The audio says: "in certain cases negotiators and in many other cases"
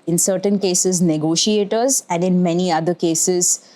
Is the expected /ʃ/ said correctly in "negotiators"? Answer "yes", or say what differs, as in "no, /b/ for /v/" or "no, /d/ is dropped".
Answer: yes